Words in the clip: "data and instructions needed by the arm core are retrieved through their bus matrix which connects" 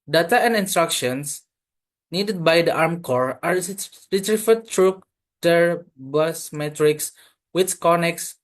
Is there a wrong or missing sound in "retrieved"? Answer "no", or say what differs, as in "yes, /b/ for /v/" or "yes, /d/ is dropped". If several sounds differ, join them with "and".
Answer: yes, /f/ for /v/